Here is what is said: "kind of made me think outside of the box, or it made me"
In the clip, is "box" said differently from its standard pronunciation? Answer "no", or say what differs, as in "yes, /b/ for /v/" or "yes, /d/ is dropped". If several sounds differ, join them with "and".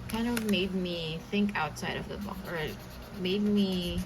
yes, /s/ is dropped